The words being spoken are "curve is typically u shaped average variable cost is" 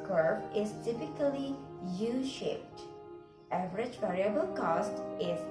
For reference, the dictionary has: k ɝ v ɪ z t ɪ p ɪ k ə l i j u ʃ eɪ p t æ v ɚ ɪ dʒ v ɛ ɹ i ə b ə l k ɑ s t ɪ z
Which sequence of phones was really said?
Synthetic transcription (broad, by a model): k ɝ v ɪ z t ɪ p ɪ k ə l i j u ʃ eɪ p t æ v ɚ ɪ dʒ v ɛ ɹ i ə b ə l k ɑ s t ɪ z